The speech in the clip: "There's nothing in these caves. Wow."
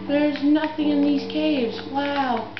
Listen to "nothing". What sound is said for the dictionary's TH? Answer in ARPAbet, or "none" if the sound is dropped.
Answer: TH